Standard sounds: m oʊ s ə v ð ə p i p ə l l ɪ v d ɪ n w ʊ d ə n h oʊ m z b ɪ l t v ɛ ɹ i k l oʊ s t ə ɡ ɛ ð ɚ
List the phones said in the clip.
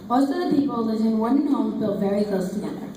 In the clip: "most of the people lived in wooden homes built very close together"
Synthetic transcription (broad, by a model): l s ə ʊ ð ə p i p l l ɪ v ɪ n w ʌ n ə n h oʊ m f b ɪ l v ɛ ɹ i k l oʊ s t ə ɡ ɛ ð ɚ